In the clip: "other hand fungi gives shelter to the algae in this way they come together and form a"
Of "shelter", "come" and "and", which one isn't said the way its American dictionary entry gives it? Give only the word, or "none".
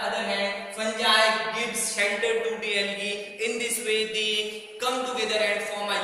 shelter